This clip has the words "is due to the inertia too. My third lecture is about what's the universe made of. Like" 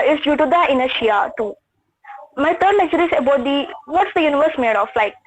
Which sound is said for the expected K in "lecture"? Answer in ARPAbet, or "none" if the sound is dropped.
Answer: none